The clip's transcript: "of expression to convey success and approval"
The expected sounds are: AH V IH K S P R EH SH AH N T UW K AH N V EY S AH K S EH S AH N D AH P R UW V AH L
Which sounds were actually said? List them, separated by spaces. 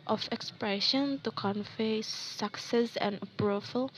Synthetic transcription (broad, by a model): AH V IH K S P R EH SH AH N T UW K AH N F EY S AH K S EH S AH N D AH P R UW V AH L